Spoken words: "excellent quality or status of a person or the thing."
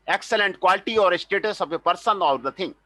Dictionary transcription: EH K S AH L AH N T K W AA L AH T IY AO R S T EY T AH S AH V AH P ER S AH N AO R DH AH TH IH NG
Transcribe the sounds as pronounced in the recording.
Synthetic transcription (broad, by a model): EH K S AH L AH N T K W AA L AH T IY AO R S T EY T AH S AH B AH P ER S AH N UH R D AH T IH NG